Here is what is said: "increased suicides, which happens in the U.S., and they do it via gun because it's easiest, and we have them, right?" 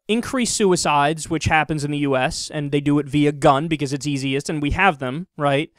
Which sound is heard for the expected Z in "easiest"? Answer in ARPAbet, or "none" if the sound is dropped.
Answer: Z